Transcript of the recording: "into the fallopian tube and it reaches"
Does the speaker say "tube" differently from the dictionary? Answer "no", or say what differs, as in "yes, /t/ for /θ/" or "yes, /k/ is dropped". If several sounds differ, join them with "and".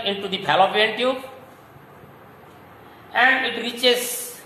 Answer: yes, /b/ is dropped